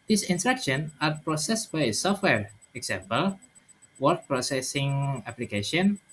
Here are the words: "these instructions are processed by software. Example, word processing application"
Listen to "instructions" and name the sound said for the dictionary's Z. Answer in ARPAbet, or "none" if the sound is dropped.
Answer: none